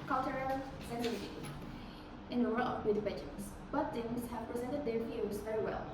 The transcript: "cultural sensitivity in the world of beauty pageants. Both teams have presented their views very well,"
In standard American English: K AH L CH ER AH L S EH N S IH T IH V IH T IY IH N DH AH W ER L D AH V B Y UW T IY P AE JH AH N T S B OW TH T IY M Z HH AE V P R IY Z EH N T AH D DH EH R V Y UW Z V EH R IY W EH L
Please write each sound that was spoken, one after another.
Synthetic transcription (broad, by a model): K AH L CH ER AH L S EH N IH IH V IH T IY IH N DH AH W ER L AH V B Y UW T IY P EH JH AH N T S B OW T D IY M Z HH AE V P R IY Z EH N T AH D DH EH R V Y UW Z V EH R IY W EH L